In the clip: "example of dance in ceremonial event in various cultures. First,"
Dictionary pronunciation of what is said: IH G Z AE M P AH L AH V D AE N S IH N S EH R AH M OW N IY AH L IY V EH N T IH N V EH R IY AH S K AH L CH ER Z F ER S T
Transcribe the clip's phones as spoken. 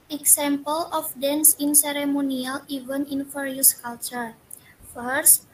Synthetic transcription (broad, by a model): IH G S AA M P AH L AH F D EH N S IH N S EH R AH M OW N IY AH L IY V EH N IH N F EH R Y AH S K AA L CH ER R F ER S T